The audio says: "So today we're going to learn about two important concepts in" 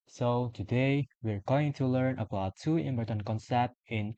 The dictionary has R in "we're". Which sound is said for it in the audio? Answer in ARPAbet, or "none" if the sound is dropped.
R